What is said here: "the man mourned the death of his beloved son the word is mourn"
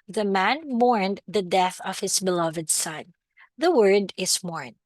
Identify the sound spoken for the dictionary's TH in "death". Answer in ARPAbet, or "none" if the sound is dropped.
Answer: TH